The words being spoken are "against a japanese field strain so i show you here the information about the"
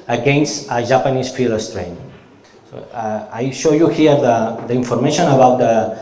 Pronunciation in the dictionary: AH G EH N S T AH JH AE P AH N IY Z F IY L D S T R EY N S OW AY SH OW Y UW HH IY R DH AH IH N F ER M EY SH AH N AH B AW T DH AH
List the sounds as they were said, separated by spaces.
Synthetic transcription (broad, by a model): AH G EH N S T AH ZH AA P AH N IY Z F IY L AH S T R EY N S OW AY SH OW Y UW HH IY R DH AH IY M F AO M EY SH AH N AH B AW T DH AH